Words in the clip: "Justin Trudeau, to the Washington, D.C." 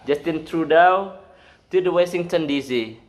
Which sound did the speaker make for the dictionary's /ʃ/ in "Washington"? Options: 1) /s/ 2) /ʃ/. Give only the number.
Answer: 1